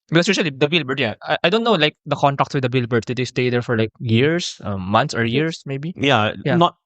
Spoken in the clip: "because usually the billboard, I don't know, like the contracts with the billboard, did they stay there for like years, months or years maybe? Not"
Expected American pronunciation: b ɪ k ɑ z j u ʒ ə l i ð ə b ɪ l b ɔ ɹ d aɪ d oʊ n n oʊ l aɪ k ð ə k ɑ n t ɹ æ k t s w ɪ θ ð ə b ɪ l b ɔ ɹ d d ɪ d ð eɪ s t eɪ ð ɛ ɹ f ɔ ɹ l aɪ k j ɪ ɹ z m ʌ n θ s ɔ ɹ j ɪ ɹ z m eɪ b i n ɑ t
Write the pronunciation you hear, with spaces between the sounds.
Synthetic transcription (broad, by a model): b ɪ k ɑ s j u ʃ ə l i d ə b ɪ l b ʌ ɹ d aɪ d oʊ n n oʊ l aɪ k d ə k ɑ n t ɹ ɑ k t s w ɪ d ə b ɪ l b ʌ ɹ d d ɪ d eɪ s t eɪ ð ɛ ɹ f ɔ ɹ l aɪ k j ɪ ɹ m m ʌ n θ s ɔ ɹ j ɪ ɹ s m eɪ b i n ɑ t